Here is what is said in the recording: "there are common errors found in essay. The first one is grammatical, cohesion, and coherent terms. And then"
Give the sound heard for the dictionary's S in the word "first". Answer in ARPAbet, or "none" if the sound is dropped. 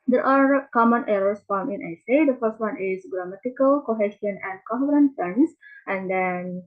S